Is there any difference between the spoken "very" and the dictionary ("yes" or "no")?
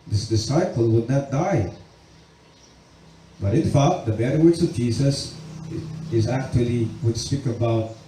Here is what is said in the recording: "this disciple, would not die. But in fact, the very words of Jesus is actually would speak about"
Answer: yes